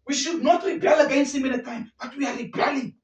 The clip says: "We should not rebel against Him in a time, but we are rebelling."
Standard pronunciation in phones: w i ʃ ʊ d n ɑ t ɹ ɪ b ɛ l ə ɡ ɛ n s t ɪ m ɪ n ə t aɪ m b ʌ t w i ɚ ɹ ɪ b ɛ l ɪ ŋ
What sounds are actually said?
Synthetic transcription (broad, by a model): w i ʃ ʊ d n ɑ t ɹ ɪ b ɛ l ə ɡ ɛ n s t ɪ m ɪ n ə t aɪ m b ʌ t w i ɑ ɹ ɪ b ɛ l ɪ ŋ